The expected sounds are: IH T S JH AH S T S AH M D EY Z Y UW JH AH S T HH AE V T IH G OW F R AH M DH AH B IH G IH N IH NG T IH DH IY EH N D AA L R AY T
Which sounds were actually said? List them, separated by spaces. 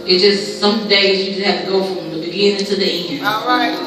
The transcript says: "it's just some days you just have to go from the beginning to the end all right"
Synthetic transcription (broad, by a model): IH T JH AH S T S AH M D EY Z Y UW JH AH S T HH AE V T IH G OW F R AH M DH AH B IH G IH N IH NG T IH DH IY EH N IH N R AY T